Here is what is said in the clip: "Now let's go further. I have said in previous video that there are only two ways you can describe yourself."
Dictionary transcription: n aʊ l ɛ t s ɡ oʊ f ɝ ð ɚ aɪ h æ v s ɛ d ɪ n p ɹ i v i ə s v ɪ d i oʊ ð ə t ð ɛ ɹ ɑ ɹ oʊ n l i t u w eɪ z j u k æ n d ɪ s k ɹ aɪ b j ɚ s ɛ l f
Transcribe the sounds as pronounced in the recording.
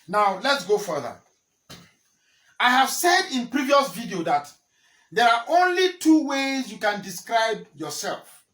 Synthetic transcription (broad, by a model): n aʊ l ɛ t s ɡ oʊ f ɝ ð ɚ aɪ h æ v s ɛ d ɪ n p ɹ i v i ə s v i d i oʊ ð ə t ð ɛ ɹ ɑ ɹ oʊ n l i t u w eɪ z j u k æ n d ɪ s k ɹ aɪ b j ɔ s ɛ l f